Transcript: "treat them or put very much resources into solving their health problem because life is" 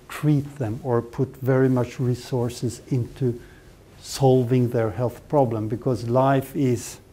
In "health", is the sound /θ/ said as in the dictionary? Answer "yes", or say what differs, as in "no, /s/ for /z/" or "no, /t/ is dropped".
yes